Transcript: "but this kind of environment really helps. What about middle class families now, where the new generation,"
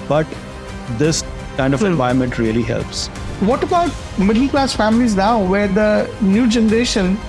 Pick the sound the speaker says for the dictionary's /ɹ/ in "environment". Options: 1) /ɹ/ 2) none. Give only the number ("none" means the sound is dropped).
2